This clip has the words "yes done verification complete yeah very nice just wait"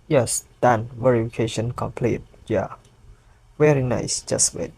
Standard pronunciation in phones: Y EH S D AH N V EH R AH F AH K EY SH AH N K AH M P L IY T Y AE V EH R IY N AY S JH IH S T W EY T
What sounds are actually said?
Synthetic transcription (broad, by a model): Y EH S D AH N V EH R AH F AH K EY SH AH N K AH M P L IY T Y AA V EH R IY N AY S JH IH S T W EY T